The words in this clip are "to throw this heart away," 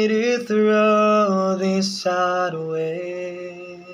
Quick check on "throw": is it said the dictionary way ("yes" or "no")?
yes